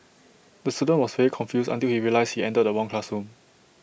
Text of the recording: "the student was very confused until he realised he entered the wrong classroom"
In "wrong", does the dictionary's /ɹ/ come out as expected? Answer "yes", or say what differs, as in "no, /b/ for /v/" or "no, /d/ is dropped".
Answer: no, /w/ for /ɹ/